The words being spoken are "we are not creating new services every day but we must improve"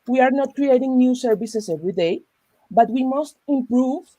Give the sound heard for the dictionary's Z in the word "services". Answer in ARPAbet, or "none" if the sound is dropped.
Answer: S